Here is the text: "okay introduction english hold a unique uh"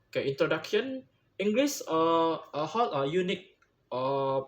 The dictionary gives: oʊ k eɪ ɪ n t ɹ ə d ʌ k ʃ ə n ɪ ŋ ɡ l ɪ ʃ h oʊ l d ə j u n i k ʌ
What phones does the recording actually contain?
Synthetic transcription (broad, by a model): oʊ k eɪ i n t ɹ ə d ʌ k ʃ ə n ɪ ŋ ɡ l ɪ s h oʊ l ə j u n i k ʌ